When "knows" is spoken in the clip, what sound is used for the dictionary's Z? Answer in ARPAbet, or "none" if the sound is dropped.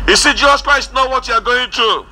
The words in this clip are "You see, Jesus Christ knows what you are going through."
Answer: none